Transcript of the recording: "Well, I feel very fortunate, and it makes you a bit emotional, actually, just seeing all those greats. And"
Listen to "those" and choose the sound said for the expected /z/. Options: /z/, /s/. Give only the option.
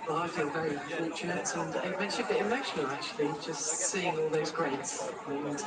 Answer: /z/